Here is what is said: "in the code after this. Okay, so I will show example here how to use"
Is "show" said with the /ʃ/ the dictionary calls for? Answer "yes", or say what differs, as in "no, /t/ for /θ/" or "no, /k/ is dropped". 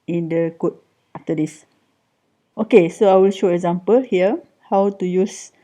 yes